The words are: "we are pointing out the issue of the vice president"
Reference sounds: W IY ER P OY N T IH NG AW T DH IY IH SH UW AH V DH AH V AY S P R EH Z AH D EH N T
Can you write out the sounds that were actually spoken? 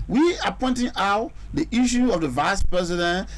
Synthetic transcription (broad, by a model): W IY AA P OY N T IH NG AW T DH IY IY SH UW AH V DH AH V AY S P R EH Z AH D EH N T